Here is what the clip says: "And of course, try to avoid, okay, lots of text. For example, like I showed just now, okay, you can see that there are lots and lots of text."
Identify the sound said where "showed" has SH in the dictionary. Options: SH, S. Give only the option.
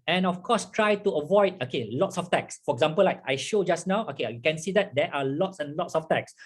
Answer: SH